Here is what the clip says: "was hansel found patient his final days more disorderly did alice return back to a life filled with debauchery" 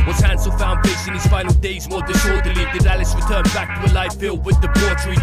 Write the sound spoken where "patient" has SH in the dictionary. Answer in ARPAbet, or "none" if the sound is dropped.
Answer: S